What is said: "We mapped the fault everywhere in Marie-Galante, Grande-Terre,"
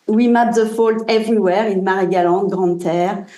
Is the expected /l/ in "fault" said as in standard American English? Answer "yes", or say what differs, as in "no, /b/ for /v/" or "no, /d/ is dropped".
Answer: yes